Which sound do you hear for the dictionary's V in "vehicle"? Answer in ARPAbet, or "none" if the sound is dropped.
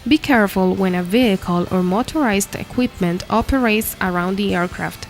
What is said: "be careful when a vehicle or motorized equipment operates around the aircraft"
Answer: V